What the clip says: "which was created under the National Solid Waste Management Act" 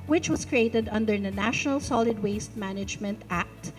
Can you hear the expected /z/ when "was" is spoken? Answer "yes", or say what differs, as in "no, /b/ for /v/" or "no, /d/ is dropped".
no, /s/ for /z/